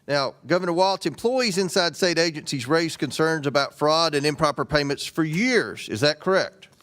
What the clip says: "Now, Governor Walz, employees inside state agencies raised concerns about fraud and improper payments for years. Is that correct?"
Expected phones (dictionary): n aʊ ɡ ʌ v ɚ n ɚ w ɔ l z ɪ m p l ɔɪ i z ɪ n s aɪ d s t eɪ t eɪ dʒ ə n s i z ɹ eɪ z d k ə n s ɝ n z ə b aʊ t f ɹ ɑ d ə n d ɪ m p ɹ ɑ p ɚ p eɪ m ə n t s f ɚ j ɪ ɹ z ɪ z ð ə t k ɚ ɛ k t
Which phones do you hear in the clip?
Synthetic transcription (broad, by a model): n aʊ ɡ ʌ v ɚ n ɚ w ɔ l s ɪ m p l ɔɪ i z ɪ n s aɪ d s t eɪ t eɪ dʒ ə n s i z ɹ eɪ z k ə n s ɝ n z ə b aʊ t f ɹ ɑ d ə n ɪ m p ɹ ɑ p ɚ p eɪ m ə n t s f ɚ j ɪ ɹ z ɪ z ð ə t k ɚ ɛ k t